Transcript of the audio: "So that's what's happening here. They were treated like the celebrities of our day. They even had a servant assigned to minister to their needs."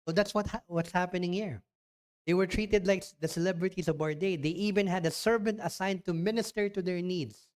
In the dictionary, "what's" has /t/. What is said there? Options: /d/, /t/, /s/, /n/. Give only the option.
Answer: /t/